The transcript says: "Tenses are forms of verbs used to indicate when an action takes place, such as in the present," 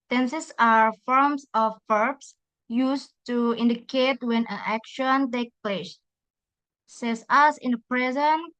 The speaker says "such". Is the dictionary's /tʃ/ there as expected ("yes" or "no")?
no